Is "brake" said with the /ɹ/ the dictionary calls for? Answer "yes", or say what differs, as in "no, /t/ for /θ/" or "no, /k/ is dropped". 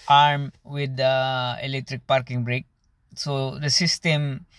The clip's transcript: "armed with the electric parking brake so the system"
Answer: yes